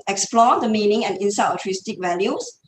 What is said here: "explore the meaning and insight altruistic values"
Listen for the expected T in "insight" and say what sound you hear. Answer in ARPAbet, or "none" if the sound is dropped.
none